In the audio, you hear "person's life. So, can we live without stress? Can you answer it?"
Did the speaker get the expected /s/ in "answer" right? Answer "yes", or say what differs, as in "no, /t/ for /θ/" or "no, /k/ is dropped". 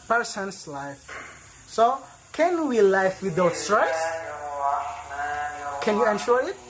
no, /ʃ/ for /s/